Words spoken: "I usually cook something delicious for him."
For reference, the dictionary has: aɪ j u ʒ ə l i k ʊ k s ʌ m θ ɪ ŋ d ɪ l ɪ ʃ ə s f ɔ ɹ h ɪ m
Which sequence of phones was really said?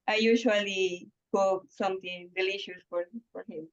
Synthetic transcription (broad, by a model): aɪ j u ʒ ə l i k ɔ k s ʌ m t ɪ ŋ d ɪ l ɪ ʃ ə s f ɔ ɹ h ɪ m